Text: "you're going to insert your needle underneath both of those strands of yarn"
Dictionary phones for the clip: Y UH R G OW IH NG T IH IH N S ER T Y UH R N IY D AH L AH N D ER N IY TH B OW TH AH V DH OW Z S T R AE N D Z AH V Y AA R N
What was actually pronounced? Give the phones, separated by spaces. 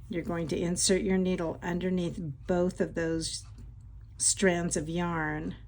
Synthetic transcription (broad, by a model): Y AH R G OW IH NG T IH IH N S ER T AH R N IY D L AH N D ER N IY TH B OW TH AH V DH OW Z S T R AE N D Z AH V Y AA R N